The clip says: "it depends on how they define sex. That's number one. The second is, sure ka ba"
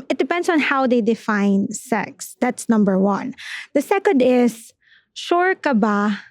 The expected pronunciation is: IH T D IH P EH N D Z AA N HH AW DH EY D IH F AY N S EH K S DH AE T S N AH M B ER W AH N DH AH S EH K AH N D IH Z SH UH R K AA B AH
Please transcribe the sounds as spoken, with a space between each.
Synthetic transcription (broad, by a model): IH T D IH P EH N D S AA N HH AW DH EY D IH F AY N S EH K S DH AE T S N AH M B ER W AH N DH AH S EH K AH N D IH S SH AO R K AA B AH